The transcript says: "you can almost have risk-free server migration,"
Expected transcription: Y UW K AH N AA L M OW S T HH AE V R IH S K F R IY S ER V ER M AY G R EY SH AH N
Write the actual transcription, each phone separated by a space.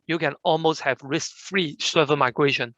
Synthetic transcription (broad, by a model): Y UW K AH N AA L M OW S T HH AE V R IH S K F R IY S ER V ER M AY G R EY SH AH N